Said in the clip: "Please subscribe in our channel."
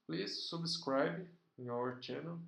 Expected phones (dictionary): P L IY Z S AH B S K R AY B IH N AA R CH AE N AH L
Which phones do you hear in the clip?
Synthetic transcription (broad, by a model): P L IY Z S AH B S K R AY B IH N AA R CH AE N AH L